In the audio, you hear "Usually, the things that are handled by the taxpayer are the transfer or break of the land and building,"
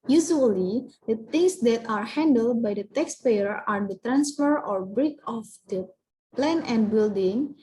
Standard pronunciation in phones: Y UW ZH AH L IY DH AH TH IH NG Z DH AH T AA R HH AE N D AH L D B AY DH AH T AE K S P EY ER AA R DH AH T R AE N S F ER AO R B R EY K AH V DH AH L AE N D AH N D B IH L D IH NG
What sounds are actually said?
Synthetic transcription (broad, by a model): Y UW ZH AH L IY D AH T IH NG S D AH T AA R HH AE N D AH L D B AY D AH T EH K S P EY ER AA R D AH T R AE N S F ER AO R B R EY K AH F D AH L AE N AH N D B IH L D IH NG